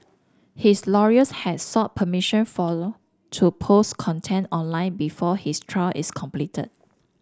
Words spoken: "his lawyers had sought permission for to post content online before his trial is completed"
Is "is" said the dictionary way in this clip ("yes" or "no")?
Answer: no